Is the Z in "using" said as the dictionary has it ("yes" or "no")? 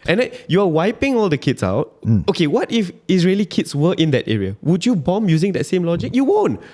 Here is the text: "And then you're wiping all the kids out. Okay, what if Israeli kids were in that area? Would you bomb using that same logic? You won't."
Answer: yes